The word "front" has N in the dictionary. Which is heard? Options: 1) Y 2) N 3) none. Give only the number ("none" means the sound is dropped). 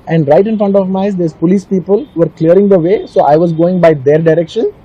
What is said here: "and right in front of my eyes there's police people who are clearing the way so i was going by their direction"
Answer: 2